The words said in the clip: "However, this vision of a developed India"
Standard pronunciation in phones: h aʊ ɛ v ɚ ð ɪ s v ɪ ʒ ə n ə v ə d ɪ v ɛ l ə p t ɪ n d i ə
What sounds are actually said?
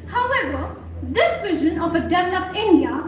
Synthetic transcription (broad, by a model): h aʊ ɛ v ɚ ð ɪ s v ɪ ʒ ə n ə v ə d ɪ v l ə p ɪ n d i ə